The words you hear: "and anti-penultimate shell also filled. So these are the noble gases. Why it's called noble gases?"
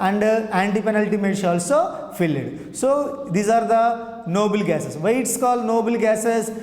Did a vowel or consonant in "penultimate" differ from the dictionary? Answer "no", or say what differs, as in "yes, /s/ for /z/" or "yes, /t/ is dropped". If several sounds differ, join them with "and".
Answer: no